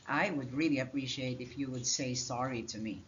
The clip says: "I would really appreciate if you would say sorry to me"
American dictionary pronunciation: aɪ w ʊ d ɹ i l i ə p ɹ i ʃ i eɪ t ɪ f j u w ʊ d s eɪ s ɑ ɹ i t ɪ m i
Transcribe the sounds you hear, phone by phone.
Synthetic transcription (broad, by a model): aɪ w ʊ d ɹ i l i ə p ɹ i ʃ i eɪ t ɪ f j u w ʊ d s eɪ s ɑ ɹ i t ɪ m i